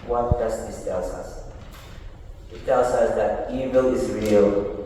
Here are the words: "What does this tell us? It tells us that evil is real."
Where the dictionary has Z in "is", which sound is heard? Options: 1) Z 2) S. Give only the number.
1